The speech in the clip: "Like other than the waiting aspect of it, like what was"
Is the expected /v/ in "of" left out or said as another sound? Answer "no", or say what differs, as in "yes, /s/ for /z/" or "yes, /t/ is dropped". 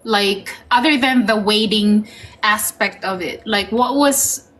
no